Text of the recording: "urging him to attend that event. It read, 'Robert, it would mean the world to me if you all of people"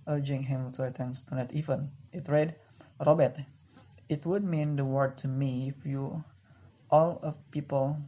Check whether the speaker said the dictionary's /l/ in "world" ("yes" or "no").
no